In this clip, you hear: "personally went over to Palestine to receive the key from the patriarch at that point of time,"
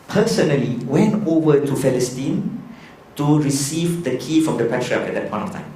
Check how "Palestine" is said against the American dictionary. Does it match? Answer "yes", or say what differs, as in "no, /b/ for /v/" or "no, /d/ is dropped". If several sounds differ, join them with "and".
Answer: no, /f/ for /p/